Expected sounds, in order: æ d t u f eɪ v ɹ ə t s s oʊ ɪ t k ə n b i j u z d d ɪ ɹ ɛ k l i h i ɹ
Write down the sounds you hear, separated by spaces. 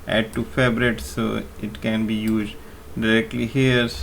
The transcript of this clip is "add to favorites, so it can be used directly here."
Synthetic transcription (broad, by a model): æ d t u f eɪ b ɹ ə t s s oʊ ɪ t k ə n b i j u z d d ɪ ɹ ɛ k l i h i ɹ